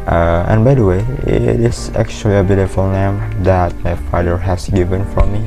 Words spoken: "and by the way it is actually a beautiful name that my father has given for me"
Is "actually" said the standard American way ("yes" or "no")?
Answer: yes